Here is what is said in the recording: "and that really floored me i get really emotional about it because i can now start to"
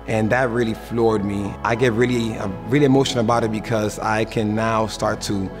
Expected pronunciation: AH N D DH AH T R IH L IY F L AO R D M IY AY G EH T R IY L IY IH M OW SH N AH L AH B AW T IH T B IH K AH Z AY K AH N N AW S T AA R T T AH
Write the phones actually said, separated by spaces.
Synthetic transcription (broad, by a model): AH N DH AH T R IH L IY F L AO R D M IY AY G EH T R IY L IY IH M OW SH AH N AH B AW T IH T B IH K AH Z AY K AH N N AW S T AA R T T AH